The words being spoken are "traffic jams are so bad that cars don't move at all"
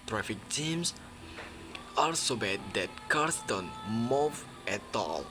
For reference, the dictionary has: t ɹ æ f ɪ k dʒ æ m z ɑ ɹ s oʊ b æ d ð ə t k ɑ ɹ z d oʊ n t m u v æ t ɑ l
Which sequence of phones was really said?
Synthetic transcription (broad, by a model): t ɹ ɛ f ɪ k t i m s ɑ l s oʊ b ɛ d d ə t k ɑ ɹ s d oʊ n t m u v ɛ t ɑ l